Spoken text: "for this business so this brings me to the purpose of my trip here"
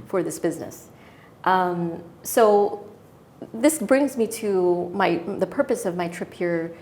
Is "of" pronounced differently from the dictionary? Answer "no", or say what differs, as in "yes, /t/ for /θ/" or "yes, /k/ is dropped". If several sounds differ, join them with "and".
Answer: no